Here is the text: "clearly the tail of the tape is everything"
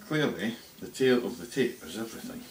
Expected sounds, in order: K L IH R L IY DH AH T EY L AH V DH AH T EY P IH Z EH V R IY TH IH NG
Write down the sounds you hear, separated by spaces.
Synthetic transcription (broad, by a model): K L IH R L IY DH AH T EY L AH V DH AH T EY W IH Z EH V R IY TH IH NG